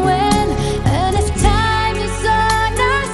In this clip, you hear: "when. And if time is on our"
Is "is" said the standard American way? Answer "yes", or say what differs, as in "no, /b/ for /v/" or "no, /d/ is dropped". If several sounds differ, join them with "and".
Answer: no, /s/ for /z/